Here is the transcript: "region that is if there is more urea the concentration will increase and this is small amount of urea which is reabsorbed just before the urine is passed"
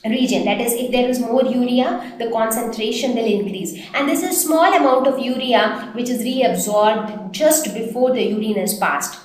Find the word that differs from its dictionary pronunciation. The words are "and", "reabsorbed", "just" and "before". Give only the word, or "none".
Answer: none